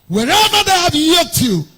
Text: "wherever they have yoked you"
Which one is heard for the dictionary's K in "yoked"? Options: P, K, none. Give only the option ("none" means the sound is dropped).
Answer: none